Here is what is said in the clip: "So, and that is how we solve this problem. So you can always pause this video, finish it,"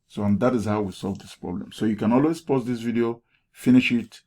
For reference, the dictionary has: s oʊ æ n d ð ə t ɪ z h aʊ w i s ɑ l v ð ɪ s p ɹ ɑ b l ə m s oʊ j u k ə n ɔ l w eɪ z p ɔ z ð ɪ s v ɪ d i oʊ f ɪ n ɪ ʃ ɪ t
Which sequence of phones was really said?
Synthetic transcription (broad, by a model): s oʊ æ n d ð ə t ɪ z h aʊ w i s ɑ l v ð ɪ s p ɹ ɑ b l ə m s oʊ j u k ə n ɔ l w eɪ z p ɔ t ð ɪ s v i d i oʊ f ɪ n ɪ ʃ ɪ t